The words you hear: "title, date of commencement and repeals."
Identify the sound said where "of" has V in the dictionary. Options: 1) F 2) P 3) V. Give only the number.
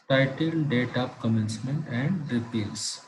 2